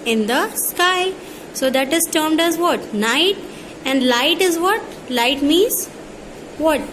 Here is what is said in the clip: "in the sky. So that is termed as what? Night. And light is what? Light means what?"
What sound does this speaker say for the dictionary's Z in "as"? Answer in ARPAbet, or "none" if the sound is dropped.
Z